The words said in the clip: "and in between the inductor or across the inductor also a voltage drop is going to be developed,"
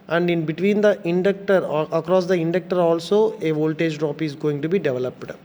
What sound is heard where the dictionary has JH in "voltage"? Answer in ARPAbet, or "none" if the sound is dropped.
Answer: JH